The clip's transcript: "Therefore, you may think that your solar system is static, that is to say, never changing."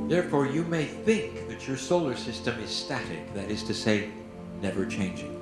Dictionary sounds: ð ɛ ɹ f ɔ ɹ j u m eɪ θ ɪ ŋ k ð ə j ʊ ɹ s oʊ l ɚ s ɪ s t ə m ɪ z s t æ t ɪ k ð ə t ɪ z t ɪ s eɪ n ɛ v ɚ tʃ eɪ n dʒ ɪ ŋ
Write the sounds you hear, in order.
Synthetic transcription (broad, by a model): ð ɛ ɹ f ɔ ɹ j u m eɪ θ ɪ ŋ k ð ə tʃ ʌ ɹ s oʊ l ɚ s ɪ s t ə m ɪ z s t æ t ɪ k ð ə t ɪ z t ɪ s eɪ n ɛ v ɚ tʃ eɪ n dʒ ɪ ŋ